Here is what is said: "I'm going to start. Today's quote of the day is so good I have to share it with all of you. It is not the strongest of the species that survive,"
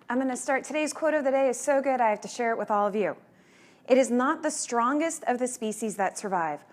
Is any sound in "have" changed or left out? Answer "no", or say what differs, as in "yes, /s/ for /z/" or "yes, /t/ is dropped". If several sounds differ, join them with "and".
yes, /f/ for /v/